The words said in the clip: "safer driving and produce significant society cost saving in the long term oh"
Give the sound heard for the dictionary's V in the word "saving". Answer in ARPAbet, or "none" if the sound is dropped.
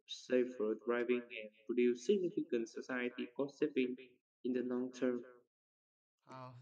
P